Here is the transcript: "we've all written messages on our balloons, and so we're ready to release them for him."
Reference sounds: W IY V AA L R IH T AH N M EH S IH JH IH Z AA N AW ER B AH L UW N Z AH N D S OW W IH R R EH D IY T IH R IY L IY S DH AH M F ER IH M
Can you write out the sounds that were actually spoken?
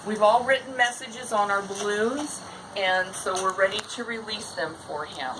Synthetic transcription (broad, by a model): W IY V AA L R IH T N M EH S IH JH IH Z N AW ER B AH L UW Z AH N S OW W IH R R EH D IY T IH R IY L IY S DH AH M F ER IH M